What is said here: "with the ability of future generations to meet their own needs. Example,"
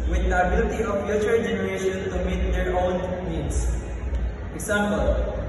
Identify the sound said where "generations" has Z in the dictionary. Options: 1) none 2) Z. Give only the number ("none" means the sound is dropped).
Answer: 1